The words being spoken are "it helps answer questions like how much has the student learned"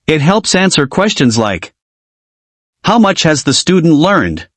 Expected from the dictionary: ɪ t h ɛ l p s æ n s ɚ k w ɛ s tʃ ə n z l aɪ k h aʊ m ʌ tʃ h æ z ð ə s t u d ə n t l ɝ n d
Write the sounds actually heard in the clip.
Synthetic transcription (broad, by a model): ɪ t h ɛ l p s æ n s ɚ k w ɛ s tʃ ə n z l aɪ k h aʊ m ʌ tʃ h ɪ z ð ə s t u d n t l ɝ n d